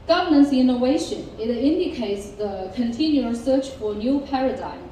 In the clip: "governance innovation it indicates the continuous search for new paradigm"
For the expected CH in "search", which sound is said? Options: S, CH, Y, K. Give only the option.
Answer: CH